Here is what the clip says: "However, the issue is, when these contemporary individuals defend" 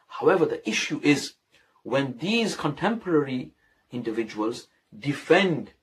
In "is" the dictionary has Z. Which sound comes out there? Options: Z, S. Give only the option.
Z